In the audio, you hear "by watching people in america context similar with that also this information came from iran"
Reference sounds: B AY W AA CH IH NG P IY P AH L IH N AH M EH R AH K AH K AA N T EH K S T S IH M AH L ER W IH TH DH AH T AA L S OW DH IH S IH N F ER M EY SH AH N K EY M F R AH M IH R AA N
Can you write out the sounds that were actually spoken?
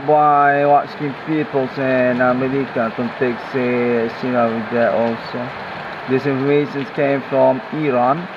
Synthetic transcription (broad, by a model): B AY W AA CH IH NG F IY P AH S IH N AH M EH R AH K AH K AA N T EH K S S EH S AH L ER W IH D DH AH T AA L S OW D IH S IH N F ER M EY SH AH N K EY M F R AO M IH R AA N